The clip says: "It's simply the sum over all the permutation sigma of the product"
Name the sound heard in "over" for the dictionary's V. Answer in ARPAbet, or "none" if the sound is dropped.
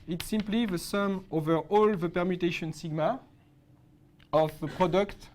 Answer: V